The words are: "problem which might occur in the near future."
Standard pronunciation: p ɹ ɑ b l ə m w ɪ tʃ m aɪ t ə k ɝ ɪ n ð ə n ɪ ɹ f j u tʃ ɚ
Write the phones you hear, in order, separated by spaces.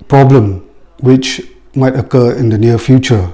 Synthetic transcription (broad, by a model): p ɹ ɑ b l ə m w ɪ tʃ m aɪ t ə k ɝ ɪ n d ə n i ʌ f j u tʃ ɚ